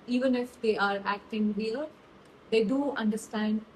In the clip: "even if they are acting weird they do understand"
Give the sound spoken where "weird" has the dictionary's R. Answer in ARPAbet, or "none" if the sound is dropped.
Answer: L